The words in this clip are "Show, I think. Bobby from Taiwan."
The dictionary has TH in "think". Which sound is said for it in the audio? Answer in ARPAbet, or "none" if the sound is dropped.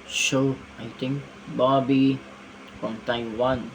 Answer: T